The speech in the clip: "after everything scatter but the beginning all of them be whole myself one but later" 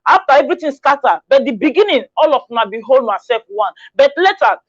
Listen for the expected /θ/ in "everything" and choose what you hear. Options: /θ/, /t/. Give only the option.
/t/